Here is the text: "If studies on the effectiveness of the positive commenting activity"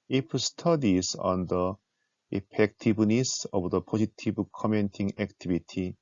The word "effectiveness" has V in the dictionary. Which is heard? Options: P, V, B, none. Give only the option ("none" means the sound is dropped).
B